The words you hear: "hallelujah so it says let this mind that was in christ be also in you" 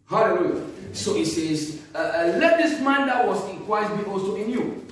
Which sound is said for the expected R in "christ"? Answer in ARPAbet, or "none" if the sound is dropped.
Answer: W